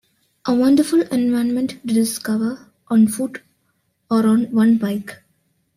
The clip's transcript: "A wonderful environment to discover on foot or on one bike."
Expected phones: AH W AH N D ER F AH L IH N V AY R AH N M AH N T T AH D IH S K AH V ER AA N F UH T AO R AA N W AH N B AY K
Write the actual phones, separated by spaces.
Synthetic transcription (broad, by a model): AH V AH N D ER F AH L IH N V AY AH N M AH N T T D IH S K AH V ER AA N F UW T AO R AA N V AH N B AY K